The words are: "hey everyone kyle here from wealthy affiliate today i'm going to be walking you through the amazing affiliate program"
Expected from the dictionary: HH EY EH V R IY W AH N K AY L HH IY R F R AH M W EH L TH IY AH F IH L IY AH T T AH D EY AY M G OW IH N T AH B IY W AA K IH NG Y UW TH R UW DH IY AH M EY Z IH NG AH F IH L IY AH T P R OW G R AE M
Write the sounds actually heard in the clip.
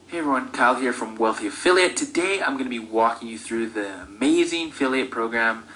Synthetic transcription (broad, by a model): HH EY EH V R IY W AH N K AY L HH IY R F R AH M W EH L TH IY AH F IH L IY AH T T AH D EY AY M G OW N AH B IY W AA K IH NG Y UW TH R UW DH IY AH M EY Z IH NG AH F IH L IY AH T P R OW G R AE M